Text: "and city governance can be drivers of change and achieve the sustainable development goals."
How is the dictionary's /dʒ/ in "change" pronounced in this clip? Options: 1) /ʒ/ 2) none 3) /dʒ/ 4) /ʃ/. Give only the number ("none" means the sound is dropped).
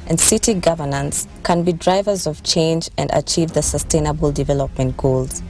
3